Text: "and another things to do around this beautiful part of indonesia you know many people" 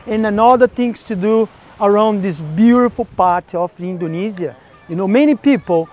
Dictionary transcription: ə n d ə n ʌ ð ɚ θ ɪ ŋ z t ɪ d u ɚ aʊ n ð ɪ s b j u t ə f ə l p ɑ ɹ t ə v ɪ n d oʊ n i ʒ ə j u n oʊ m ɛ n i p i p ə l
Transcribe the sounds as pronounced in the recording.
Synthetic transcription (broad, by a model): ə n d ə n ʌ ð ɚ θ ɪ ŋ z t ɪ d u ɚ aʊ n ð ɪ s b j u t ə f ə l p ɑ ɹ t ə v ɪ n d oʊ n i z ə j u n oʊ m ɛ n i p i p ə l